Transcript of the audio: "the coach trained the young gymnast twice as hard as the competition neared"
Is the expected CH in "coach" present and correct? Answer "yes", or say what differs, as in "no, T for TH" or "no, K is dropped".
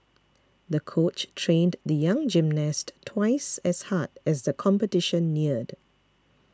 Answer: yes